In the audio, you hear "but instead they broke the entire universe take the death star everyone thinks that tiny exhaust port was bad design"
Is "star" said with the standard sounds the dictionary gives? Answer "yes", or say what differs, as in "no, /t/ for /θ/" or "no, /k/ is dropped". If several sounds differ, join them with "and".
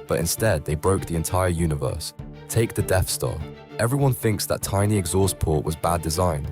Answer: no, /l/ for /ɹ/